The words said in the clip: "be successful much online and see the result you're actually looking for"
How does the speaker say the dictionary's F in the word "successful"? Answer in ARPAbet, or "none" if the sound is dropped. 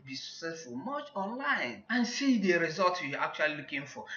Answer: F